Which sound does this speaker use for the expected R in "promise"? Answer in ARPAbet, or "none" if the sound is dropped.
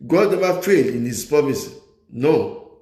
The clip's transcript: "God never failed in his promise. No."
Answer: none